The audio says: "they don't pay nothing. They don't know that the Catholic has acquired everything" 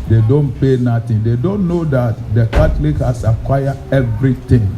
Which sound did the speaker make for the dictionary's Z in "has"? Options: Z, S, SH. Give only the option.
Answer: S